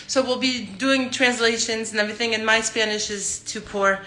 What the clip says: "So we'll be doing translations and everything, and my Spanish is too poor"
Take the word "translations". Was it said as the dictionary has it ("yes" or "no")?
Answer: yes